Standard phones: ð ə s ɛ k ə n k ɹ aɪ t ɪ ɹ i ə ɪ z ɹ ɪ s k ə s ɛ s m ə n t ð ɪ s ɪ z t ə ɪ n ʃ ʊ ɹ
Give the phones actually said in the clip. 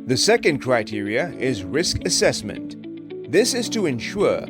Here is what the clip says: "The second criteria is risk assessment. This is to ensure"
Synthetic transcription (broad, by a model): ð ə s ɛ k ə n k ɹ aɪ t ɪ ɹ i ə ɪ z ɹ ɪ s k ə s ɛ s m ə n ð ɪ s ɪ z t ə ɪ n ʃ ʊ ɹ